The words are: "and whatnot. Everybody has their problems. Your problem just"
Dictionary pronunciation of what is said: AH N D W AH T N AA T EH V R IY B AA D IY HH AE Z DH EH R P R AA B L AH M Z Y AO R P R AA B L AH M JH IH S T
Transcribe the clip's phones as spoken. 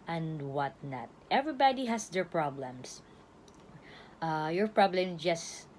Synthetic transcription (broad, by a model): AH N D W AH T N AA T EH V R IY B AA D IY HH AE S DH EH R P R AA B L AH M S Y AO R P R AA B L AH M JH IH S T